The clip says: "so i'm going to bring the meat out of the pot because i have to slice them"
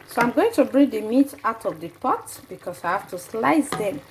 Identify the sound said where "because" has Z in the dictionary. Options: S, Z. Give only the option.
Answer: S